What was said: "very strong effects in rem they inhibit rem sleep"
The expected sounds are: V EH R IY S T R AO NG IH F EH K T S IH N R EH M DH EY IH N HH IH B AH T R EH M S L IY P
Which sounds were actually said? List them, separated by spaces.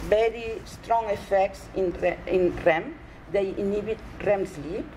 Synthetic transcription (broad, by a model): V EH R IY S T R AO NG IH F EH K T S IH N R EH M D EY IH N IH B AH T R EH M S L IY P